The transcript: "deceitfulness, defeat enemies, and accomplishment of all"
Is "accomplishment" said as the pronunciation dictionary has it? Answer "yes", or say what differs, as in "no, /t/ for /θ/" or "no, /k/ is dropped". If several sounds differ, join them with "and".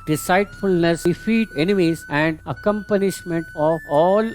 no, /n/ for /l/